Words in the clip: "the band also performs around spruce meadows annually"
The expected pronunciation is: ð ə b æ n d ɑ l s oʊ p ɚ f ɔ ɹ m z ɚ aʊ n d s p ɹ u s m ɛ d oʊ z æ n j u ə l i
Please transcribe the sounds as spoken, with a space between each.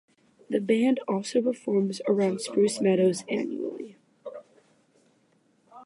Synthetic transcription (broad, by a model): ð ə b æ n d ɑ l s oʊ p ɚ f ɔ ɹ m z ɚ aʊ n d s p ɹ u s m ɛ d oʊ z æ n j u l i